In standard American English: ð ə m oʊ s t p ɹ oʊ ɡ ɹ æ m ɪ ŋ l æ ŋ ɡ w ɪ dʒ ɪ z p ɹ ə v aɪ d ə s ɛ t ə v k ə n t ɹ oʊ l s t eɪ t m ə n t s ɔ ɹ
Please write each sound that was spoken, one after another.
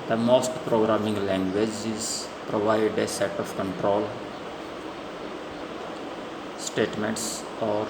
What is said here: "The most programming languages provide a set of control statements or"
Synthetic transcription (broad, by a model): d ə m oʊ s t p ɹ oʊ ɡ ɹ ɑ m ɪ ŋ l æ ŋ ɡ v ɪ dʒ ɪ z p ɹ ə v aɪ d ə s ɛ t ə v k ə n t ɹ oʊ l s t eɪ t m ə n t s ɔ ɹ